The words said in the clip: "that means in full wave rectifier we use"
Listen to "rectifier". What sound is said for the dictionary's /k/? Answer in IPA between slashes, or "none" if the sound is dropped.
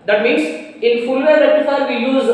none